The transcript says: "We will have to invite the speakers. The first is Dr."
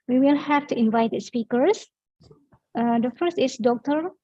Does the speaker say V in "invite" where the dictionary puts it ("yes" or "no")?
yes